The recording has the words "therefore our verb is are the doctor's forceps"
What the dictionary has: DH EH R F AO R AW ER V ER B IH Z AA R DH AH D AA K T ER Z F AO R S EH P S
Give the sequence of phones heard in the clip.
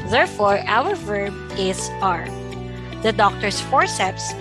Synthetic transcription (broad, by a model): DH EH R F AO R AW ER V ER B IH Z AA R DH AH D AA K T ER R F AO R S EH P S